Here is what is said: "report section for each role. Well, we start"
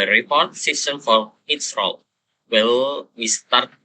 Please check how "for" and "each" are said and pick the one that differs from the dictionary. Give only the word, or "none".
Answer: each